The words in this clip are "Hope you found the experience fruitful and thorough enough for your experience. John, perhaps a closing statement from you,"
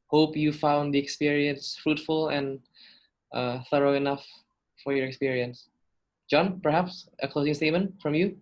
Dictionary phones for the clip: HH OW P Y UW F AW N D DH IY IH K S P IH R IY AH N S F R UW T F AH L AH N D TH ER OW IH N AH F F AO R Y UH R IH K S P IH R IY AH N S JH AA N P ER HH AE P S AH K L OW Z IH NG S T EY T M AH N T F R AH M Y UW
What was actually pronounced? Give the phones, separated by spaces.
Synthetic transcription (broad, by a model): HH OW P Y UW F AW N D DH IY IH K S P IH R IY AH N S F R UW T F AH L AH N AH TH ER OW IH N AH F F AO R Y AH R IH K S P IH R IY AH N S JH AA N P ER HH AE P S AH K L OW Z IH NG S T EY T M AH N T F R AH M Y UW